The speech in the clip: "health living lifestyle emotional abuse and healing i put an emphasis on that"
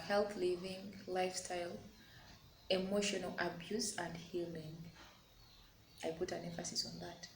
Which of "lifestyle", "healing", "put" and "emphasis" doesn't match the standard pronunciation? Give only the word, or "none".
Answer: none